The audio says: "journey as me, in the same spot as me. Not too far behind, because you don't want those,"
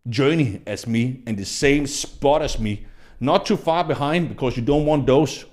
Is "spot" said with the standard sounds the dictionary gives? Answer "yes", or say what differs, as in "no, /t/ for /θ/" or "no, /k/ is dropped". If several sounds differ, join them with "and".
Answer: yes